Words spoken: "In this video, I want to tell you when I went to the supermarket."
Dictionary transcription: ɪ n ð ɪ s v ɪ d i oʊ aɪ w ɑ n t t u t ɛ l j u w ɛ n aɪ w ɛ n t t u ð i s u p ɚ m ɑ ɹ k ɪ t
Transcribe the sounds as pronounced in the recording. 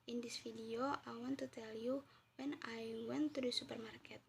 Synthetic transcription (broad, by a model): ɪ n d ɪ s f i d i oʊ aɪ w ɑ n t t u t ɛ l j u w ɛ n aɪ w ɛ n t t u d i s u p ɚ m ɑ ɹ k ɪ t